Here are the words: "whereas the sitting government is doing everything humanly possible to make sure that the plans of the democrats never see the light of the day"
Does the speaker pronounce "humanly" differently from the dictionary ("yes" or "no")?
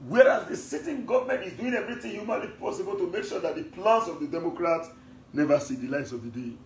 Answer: no